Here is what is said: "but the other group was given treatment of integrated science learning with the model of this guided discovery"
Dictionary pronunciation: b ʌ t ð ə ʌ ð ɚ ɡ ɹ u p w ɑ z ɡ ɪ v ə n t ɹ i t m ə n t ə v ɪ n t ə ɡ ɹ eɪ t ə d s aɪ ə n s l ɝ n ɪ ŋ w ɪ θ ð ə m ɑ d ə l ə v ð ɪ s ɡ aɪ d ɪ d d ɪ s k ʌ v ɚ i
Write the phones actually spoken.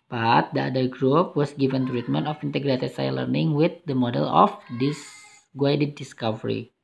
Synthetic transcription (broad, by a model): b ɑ t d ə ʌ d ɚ ɡ ɹ u p w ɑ s ɡ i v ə n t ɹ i t m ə n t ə f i n t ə ɡ ɹ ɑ s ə s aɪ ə l ɝ n ɪ ŋ w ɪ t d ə m ɑ d ə l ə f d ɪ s ɡ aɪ d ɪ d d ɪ s k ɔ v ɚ i